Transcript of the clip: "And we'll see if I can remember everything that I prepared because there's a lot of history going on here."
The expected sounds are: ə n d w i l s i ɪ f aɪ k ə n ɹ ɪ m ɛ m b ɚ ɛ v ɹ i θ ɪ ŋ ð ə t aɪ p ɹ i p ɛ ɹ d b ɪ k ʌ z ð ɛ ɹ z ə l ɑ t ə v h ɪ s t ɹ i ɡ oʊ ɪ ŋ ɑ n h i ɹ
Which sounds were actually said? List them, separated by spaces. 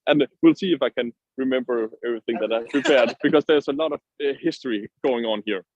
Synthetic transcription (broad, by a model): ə n w i l s i ɪ f aɪ k ə n ɹ ɪ m ɛ m b ɚ ɛ v ɹ i θ ɪ ŋ ð ə t aɪ p ɹ i p ɛ ɹ d b ɪ k ʌ z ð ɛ ɹ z ə l ɑ t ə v h ɪ s t ɹ i ɡ oʊ ɪ ŋ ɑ n h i ɹ